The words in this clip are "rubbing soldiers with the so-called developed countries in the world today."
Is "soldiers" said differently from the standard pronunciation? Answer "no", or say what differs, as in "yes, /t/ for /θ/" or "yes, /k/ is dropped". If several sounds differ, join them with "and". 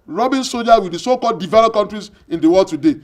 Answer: yes, /l/ is dropped and /z/ is dropped